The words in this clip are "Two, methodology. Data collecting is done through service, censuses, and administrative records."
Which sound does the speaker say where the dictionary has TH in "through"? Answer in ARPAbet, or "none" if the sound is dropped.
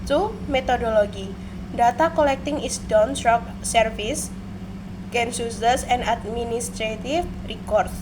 S